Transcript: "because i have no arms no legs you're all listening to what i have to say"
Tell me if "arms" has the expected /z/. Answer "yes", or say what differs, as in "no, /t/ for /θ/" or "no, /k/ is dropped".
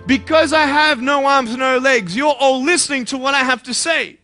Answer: yes